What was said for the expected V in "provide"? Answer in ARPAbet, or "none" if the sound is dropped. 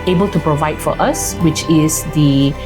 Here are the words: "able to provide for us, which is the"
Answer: V